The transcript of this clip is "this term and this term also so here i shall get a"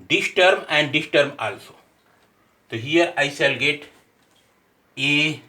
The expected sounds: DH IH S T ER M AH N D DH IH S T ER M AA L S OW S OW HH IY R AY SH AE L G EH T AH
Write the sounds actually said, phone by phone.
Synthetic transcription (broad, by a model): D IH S T ER M AH N D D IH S T ER M AA L S OW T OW HH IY R AY S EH L G EH T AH